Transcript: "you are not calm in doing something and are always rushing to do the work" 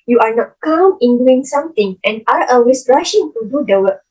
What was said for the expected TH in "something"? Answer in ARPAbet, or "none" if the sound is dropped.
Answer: T